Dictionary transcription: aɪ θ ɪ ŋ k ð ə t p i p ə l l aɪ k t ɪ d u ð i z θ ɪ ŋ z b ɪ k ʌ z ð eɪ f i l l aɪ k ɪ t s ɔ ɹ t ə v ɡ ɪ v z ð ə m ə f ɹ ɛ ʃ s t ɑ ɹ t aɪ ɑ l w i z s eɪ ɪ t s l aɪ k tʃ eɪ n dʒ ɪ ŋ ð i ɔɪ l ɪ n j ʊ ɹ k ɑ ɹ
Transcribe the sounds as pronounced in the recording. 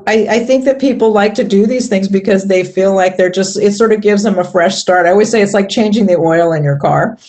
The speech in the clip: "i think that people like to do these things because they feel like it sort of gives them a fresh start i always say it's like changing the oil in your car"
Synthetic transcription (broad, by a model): aɪ θ ɪ ŋ k ð ə t p i p l l aɪ k t ɪ d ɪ ð i z θ ɪ ŋ z b ɪ k ʌ z ð eɪ f i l l aɪ k ɪ t s ɔ ɹ t ə v ɡ ɪ v z ð ə m ə f ɹ ɛ ʃ s t ɑ ɹ t aɪ ɑ l w i z s eɪ ɪ t s l aɪ k tʃ eɪ n dʒ ɪ ŋ ð i ɔɪ l ɪ n j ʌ ɹ k ɑ ɹ